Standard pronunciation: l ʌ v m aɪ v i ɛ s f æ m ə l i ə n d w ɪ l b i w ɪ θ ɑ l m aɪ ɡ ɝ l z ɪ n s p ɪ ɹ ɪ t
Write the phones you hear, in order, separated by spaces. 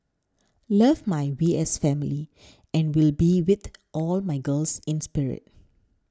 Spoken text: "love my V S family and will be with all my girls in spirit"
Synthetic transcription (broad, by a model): l ʌ v m aɪ w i ɛ s f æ m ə l i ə n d w ɪ l b i w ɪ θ ɑ l m aɪ ɡ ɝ l s ɪ n s p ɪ ɹ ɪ t